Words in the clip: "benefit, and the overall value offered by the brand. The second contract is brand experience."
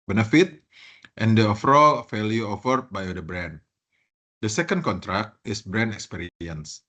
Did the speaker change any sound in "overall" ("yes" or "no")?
yes